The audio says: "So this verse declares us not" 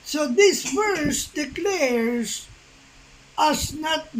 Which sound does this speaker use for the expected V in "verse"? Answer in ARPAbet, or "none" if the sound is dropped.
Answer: F